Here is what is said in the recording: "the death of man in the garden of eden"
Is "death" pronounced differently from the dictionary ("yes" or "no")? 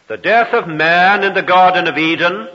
no